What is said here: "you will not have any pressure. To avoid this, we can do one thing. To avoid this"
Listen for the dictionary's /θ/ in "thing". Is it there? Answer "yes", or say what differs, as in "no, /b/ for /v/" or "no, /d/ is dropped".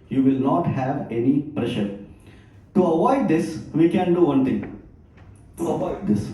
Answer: no, /t/ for /θ/